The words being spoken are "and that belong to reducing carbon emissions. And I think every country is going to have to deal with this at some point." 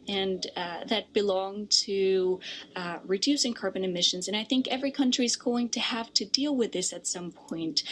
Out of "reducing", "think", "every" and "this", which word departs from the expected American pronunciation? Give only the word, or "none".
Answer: none